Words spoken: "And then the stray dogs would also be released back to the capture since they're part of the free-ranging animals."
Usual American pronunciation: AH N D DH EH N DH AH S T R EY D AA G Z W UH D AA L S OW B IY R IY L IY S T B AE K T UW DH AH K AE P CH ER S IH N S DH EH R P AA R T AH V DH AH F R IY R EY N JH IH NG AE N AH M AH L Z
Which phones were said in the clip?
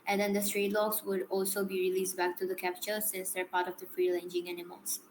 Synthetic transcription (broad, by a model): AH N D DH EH N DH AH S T R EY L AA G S W UH D AA L S OW B IY R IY L IY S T B AE K T UW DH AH K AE P CH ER S IH N S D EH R P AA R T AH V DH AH F R IY L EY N JH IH NG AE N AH M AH L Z